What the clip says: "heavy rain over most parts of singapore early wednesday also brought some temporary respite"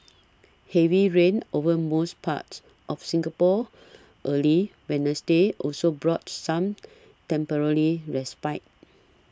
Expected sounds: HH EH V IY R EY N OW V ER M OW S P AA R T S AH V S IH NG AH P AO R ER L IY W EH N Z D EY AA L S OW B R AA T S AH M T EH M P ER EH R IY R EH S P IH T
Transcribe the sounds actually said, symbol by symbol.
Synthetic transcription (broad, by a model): HH EH V IY R EY N OW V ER M OW S P AA T S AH F S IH NG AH P AO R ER L IY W EH N S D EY AA L S OW B R AA T S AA M T EH M P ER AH L IY R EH S P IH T